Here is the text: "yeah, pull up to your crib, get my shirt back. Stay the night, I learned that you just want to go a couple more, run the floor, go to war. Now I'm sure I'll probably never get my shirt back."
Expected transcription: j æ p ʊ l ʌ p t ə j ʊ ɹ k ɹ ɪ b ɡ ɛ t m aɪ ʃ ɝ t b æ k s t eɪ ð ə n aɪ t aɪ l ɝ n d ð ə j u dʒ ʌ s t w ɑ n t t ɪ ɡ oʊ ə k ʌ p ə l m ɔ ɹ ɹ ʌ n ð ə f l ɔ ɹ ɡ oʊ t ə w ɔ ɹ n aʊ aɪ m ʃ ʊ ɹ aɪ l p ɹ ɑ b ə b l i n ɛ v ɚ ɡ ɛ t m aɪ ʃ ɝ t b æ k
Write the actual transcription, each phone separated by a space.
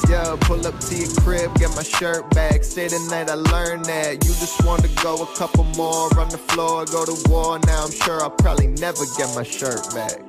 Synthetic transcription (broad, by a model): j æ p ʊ l ʌ p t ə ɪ k ɹ ɪ b ɡ ɛ t m aɪ ʃ ɝ t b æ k s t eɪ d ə n aɪ t aɪ l ɝ n ð ə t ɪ dʒ ʌ s t w ɑ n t t ɪ ɡ oʊ ə k ʌ p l m ɔ ɹ ɹ ʌ n ð ə f l ɔ ɹ ɡ oʊ t ə w ɔ ɹ n aʊ aɪ m ʃ ʊ ɹ aɪ l p ɹ ɑ b ə b l i n ɛ v ɚ ɡ ɛ t m aɪ ʃ ɝ t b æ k